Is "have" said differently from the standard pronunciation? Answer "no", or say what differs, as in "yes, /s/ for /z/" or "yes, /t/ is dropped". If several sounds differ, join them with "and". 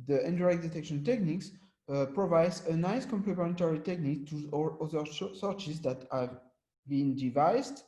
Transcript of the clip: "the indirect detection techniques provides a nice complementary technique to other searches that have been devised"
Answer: no